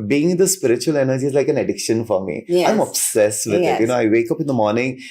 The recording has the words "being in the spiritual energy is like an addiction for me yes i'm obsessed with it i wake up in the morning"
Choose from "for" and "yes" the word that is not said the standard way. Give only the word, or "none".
yes